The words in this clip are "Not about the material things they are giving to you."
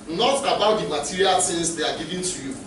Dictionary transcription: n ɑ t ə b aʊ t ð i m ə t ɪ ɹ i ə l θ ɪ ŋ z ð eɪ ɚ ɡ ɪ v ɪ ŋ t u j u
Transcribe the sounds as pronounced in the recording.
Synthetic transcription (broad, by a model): n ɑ t ə b aʊ t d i m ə t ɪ ɹ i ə l s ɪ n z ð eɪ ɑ ɡ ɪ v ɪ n t u j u